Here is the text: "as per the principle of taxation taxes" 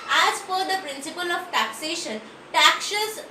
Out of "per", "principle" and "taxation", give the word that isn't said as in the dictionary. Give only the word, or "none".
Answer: per